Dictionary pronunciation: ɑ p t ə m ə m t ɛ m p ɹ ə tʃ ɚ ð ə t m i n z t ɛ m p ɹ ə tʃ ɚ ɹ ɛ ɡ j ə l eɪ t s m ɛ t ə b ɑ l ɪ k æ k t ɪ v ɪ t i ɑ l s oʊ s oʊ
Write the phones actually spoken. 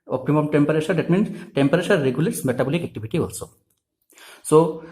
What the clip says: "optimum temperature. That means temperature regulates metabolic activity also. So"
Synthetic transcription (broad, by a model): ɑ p t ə m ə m t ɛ m p ɹ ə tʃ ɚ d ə t m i n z t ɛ m p ɹ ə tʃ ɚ ɹ ɛ ɡ j ə l eɪ t s m ɛ t ə b ɑ l ɪ k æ k t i b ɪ t i ɑ l s oʊ s oʊ